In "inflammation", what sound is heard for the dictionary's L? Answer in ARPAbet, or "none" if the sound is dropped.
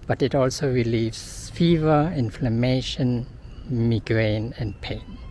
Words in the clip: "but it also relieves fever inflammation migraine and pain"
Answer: L